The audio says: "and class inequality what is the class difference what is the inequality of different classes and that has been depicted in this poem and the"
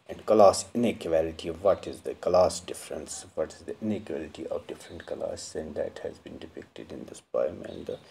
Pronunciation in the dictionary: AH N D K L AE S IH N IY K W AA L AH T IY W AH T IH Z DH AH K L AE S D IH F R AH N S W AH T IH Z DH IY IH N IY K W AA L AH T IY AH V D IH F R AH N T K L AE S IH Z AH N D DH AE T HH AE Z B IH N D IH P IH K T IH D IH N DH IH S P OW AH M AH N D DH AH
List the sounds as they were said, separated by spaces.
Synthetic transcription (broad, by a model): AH N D K L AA S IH N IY K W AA L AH T IY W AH T IH Z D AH K L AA S D IH F R AH N S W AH T IH Z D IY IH N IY K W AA L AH T IY AH V D IH F R AH N T K AH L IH S AH N D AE T HH AE Z B IH N D IH P IH K T IH D IH N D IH S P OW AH M AH N D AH